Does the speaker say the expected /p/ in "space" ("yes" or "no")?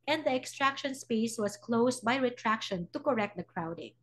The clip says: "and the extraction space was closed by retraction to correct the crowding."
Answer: yes